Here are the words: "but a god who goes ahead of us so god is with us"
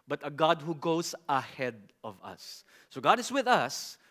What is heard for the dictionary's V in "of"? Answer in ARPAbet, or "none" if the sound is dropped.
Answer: V